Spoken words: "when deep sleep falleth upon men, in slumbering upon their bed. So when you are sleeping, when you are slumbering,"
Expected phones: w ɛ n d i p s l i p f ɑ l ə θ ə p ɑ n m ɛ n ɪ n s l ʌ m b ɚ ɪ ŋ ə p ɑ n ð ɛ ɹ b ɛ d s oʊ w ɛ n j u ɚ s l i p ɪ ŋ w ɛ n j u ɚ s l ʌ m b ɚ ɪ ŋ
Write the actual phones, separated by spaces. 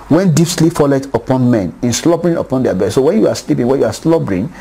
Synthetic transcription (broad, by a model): w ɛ n d i p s l i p f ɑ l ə t ə p ɑ n m ɛ n ɪ n s l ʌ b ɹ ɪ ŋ ə p ɑ n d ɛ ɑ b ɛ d s oʊ w ɛ n j u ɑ s l i p ɪ ŋ w ɛ n j u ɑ s l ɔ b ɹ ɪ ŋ